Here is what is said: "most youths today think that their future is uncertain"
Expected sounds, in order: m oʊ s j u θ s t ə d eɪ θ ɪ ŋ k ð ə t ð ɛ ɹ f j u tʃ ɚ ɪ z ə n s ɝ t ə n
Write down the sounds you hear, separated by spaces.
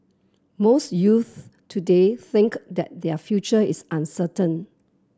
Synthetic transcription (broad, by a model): m oʊ s j u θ t ə d eɪ θ ɪ ŋ k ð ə t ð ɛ f j u tʃ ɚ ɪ s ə n s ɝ t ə n